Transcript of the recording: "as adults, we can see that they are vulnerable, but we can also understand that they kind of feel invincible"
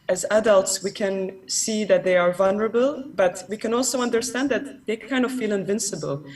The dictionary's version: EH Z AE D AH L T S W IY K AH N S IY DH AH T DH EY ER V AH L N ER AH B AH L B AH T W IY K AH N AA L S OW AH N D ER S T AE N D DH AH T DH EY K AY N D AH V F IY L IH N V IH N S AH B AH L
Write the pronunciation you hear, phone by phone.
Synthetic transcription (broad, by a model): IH Z AE D AH L T S W IY K AH N S IY DH AH T DH EY ER V AH L N ER AH B AH L B AH T W IY K AH N AA L S OW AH N D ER S T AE N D DH AH T DH EY K AY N D AH V F IY L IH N V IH N S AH B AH L